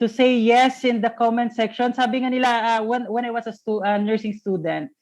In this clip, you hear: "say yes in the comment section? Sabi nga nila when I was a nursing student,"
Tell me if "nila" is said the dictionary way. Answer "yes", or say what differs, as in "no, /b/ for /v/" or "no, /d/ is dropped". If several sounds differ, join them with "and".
no, /w/ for /l/